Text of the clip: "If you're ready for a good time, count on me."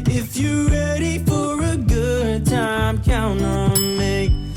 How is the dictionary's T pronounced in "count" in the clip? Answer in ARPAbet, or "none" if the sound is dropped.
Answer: none